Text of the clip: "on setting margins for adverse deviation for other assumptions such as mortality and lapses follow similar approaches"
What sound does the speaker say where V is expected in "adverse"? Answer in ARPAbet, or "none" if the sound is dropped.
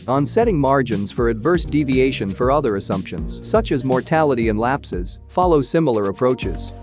V